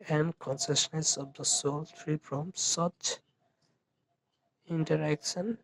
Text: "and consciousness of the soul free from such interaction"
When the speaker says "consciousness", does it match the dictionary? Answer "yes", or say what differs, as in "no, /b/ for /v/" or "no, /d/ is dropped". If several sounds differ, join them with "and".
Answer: no, /s/ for /ʃ/